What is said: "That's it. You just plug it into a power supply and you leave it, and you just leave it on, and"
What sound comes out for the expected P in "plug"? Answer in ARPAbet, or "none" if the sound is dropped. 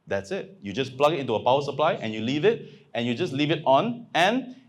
P